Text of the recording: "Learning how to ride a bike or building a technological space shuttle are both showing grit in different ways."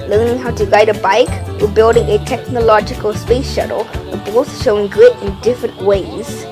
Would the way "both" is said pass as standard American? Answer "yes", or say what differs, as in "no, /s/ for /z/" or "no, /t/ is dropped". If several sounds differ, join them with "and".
no, /s/ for /θ/